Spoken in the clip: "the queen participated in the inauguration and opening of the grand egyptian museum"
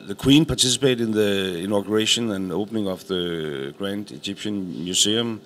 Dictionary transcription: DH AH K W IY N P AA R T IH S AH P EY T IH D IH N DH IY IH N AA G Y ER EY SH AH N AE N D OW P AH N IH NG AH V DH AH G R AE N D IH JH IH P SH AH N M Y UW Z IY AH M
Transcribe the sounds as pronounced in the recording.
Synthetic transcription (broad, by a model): DH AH K W IY N P AA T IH S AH P EY IH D IH N DH IY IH N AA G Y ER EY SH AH N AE N OW P AH N IH NG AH F DH AH G R AE N D IH JH IH P SH AH N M Y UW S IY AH M